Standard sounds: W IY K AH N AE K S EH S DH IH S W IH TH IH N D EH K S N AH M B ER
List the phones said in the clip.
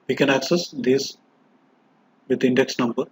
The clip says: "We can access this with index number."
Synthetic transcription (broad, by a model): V IY K AH N AE K S EH S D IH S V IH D IH N D EH K S N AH M B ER